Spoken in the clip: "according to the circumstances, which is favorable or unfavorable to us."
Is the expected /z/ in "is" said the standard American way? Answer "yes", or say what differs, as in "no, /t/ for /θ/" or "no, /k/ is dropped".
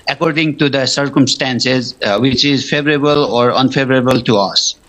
yes